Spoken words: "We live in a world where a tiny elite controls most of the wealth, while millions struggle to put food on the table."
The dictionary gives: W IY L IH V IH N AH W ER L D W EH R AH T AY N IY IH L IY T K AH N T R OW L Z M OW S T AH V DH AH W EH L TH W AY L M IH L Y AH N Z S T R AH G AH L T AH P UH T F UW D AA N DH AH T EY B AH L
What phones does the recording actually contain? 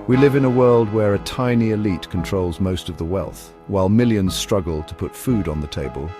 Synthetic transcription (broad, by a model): W IY L IH V IH N AH W ER L D W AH R AH T AY N IY IH L IY T K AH N T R OW L Z M OW S T AH V DH AH W EH L TH W AY L M IH L Y AH N Z S T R AH G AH L T AH P UH T F UW D N DH AH T EY B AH L